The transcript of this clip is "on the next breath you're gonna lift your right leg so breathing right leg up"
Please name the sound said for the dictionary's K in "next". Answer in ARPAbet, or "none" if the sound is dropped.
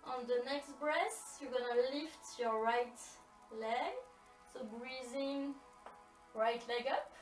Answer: K